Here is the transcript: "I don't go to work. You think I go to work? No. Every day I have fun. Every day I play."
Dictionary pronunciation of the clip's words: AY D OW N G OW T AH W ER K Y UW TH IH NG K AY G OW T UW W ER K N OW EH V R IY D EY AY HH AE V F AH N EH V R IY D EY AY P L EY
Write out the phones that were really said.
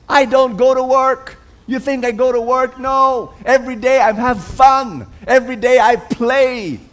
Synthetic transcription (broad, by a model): AY D OW N G OW T AH W ER K Y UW TH IH NG K AY G OW T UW W ER K N OW EH V R IY D EY AY HH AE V F AH N EH V R IY D EY AY P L EY